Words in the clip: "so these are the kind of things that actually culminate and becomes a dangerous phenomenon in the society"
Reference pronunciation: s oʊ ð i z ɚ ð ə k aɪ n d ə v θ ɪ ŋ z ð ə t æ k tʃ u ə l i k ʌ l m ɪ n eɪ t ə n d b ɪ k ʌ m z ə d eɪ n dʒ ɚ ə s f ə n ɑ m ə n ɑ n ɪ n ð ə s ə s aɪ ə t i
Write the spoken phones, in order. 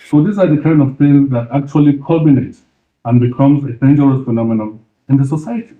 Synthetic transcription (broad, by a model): s oʊ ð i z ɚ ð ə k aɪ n ə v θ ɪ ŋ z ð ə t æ k tʃ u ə l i k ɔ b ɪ n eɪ t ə n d b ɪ k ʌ m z ə d eɪ n dʒ ɚ ə s f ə n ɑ m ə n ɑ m ɪ n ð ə s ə s aɪ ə t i